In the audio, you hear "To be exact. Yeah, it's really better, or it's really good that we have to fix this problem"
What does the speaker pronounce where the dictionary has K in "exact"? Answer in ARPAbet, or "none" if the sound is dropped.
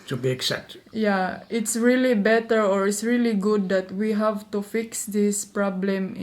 none